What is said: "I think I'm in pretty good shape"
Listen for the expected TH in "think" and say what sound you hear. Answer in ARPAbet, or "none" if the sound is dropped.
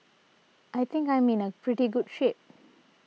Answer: T